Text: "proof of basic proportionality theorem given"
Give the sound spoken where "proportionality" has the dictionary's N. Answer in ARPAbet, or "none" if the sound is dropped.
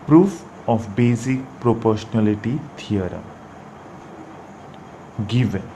L